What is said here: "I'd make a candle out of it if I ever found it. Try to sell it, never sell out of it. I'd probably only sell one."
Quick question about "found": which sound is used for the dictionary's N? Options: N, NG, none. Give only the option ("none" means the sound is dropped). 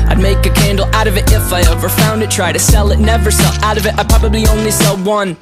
N